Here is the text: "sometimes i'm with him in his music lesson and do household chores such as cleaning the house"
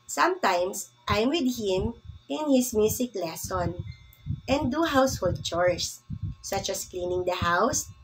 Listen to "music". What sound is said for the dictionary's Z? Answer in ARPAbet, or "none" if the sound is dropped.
S